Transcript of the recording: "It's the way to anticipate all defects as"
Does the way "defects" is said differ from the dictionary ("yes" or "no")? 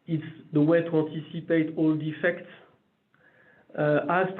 no